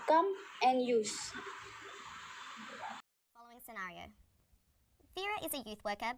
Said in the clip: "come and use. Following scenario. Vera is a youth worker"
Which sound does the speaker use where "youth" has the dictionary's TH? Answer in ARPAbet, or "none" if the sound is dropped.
TH